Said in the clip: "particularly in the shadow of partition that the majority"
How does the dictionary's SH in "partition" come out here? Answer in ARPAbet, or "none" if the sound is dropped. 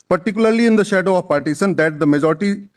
S